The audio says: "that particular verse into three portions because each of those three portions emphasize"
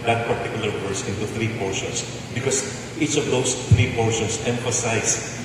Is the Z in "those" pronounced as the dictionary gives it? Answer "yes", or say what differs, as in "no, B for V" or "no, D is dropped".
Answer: no, S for Z